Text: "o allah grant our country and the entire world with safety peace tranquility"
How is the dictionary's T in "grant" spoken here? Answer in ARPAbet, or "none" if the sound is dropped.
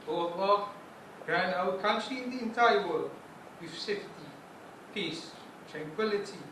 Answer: none